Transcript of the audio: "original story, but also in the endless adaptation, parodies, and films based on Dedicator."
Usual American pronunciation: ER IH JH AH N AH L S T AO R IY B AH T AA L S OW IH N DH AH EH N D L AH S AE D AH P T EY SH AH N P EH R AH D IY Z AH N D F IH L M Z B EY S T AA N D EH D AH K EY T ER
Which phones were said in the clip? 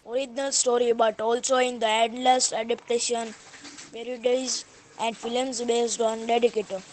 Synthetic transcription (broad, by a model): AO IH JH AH N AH L S T AO R IY B AH T AA L S OW IH N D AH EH D L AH S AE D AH P T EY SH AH N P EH R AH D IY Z AH N D F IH L M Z B EY S T AA N D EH D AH K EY T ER